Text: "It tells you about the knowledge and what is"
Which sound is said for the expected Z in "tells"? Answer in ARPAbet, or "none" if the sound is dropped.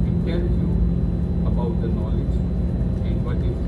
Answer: none